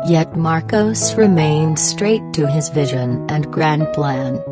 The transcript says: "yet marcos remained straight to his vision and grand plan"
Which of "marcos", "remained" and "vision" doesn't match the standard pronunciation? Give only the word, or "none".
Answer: none